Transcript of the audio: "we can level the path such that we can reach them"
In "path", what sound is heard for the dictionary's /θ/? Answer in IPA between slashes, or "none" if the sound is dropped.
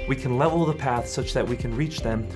/θ/